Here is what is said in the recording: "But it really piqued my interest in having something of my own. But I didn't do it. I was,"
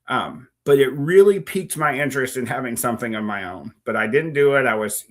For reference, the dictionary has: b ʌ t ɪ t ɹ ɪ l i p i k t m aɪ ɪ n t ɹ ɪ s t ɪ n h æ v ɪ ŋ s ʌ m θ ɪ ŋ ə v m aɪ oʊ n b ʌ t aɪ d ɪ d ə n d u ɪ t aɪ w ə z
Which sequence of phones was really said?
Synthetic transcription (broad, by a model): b ʌ t ɪ t ɹ ɪ l i p i k t m aɪ ɪ n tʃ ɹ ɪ s t ɪ n h æ v ɪ ŋ s ʌ m θ ɪ ŋ ə v m aɪ oʊ n b ʌ t aɪ d ɪ d n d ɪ ɪ t aɪ w ə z